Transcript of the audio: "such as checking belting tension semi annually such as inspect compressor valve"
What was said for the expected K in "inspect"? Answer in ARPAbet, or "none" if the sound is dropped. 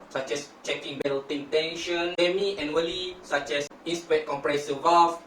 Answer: none